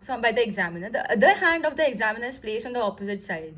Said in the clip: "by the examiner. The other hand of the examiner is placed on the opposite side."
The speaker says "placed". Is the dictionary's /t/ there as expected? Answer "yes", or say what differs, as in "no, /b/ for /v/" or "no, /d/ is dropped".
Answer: no, /t/ is dropped